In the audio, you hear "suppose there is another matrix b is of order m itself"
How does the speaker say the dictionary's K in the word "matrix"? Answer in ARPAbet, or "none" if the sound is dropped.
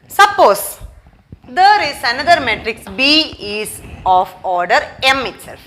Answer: K